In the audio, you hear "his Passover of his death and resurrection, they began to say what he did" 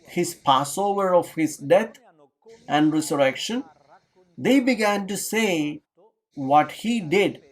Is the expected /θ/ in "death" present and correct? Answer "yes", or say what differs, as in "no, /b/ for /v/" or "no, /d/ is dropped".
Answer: no, /t/ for /θ/